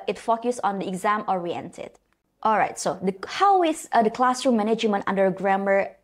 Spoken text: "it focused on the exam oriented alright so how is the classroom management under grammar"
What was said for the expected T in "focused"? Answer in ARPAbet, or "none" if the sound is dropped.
none